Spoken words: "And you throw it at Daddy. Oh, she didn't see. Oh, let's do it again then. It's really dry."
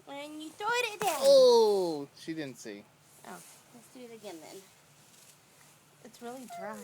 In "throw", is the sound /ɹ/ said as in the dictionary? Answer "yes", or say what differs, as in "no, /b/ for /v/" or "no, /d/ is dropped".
no, /ɹ/ is dropped